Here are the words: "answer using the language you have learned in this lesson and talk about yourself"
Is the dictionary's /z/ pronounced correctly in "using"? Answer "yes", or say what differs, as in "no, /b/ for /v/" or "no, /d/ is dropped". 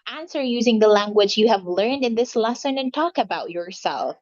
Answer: yes